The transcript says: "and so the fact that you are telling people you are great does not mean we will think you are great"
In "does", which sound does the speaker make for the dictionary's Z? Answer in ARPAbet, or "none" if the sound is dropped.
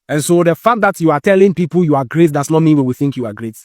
S